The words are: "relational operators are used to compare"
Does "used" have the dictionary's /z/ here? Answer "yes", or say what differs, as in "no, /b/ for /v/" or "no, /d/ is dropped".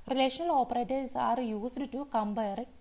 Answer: no, /s/ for /z/